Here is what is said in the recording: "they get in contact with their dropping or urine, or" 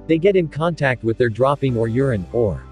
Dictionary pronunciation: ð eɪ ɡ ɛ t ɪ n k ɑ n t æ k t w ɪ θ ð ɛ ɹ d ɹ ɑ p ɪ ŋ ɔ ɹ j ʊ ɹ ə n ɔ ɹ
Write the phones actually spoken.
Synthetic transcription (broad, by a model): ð eɪ ɡ ɛ t ɪ n k ɑ n t æ k t w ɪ ð ɛ ɹ d ɹ ɑ p ɪ ŋ ɔ ɹ j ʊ ɹ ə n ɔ ɹ